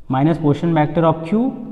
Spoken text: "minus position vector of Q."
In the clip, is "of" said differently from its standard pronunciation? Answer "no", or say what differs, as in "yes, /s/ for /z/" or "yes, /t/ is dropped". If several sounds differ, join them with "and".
yes, /p/ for /v/